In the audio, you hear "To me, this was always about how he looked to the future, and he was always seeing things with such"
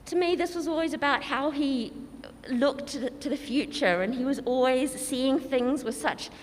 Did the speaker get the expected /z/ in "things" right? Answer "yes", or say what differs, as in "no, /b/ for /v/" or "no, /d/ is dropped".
yes